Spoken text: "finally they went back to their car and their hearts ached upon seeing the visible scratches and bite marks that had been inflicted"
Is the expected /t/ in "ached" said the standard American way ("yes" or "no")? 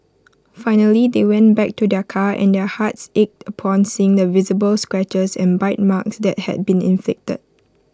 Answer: yes